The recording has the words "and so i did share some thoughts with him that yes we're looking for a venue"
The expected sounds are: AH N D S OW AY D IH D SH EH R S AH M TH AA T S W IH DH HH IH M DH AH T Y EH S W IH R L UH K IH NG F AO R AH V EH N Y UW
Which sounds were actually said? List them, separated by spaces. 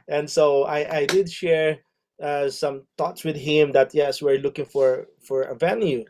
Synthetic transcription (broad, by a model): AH N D S OW AY D IH D SH EH R S AH M T AA T S W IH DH HH IH M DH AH T Y EH S W IH R L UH K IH NG F AO R AH V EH N Y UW